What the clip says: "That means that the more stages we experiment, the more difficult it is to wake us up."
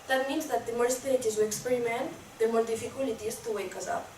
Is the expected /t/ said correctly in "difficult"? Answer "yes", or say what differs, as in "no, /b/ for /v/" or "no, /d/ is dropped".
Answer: no, /t/ is dropped